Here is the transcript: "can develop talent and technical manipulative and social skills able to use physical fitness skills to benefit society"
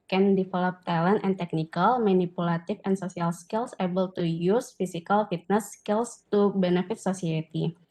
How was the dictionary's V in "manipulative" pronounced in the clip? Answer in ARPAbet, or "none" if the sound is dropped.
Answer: F